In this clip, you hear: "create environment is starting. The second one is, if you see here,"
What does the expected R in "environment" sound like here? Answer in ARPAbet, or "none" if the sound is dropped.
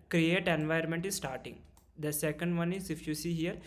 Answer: none